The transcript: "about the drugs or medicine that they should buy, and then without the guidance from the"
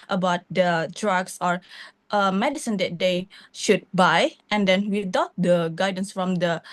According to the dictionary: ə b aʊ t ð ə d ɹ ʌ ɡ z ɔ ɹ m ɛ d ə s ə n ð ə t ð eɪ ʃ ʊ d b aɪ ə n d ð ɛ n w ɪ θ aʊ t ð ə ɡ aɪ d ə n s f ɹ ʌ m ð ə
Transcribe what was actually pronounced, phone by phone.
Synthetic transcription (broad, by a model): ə b aʊ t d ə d ɹ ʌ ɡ s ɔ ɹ m ɛ d ə s ə n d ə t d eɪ ʃ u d b aɪ ə n d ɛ n w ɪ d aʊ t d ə ɡ aɪ d ə n s f ɹ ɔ m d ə